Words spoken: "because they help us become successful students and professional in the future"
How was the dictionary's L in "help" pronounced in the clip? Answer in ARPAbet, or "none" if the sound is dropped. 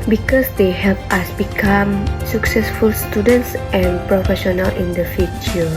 L